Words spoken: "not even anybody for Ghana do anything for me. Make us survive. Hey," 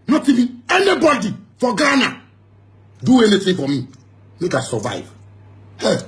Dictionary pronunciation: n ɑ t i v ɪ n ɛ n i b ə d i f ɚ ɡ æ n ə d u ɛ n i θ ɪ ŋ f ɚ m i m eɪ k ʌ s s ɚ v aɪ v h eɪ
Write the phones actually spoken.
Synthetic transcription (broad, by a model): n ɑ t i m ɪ ɛ n i b ə d i f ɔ ɡ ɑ n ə d u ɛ n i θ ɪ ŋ f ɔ m i m eɪ k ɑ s s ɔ v aɪ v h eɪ